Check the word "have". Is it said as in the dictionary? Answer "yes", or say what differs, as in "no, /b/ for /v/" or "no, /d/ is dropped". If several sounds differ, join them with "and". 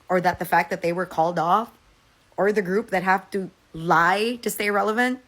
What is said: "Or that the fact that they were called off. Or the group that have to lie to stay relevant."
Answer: no, /f/ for /v/